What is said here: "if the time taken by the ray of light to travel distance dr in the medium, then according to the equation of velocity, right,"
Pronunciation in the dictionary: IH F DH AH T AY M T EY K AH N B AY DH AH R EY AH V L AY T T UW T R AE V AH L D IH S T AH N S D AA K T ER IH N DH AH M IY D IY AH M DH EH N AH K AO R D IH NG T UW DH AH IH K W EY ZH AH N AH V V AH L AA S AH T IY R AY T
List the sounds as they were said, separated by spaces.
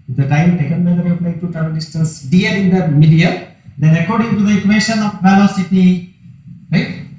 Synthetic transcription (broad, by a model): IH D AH T AY M T EY K AH N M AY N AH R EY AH P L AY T T UW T AH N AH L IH S T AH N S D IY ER IH N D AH M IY D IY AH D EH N AH K AO R D IH NG T UW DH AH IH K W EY SH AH N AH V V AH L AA S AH T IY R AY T